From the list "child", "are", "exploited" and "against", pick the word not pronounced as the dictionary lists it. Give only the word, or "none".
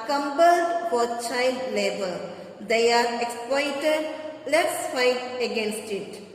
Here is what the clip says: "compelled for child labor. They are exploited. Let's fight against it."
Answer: child